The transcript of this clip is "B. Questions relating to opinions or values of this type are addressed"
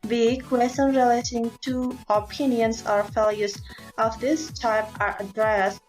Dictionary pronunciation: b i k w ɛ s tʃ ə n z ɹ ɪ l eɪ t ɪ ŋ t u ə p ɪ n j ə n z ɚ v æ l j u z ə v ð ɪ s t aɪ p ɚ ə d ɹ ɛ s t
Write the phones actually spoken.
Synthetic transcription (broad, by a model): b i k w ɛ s ə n ɹ ɪ l eɪ t ɪ ŋ t u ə p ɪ n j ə n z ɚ f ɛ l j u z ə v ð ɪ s t aɪ p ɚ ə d ɹ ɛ s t